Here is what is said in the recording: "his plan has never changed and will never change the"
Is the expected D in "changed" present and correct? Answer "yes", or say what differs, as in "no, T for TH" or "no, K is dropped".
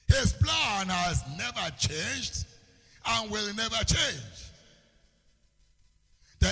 yes